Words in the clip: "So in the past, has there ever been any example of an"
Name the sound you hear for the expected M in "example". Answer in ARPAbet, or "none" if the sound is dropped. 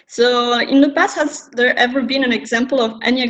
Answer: M